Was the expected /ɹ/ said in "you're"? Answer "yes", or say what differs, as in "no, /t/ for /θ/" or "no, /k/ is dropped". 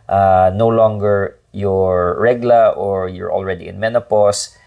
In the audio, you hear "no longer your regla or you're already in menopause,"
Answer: yes